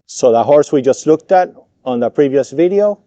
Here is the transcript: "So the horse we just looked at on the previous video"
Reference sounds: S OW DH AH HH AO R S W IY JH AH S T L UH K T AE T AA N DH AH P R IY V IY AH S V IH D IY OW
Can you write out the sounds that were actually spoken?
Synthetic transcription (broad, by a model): S OW DH AH HH AO R S W IY JH AH S T L UH K T AE T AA N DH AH P R IY V IY AH S V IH D IY OW